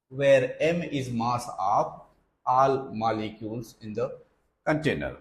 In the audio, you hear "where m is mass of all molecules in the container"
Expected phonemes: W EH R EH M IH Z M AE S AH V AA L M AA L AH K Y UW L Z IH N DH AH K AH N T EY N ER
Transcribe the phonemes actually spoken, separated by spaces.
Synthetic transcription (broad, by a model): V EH R EH M IH Z M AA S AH P AA L M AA L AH K Y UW L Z IH N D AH K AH N T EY N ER